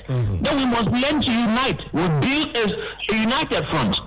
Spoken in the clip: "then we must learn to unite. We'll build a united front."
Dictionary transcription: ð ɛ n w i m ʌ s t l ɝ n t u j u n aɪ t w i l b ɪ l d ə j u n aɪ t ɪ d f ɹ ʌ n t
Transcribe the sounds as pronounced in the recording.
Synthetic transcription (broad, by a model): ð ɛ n w i m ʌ s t l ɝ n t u j u n aɪ t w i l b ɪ l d ə j u n aɪ t ɪ d f ɹ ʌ n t